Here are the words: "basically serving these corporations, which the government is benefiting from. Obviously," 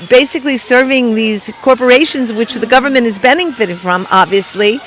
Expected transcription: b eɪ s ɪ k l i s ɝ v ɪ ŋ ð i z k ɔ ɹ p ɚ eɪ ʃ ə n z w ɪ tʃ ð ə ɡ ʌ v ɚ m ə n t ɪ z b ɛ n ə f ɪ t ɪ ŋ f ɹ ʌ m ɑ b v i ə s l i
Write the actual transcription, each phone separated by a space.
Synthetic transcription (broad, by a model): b eɪ s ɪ k l i s ɝ v ɪ ŋ ð i z k ɔ ɹ p ɚ eɪ ʃ ə n z w ɪ tʃ ð ə ɡ ʌ v ɚ m ə n t ɪ z b ɛ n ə f ɪ t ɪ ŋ f ɹ ʌ m ɑ b v i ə s l i